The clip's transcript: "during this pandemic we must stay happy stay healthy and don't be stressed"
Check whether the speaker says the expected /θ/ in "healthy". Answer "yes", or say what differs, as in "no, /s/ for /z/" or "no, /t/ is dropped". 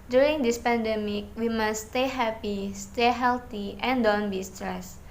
no, /t/ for /θ/